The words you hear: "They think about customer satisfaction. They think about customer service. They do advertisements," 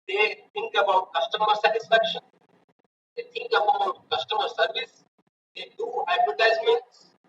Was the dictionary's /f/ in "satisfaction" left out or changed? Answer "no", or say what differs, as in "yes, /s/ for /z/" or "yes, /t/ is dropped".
no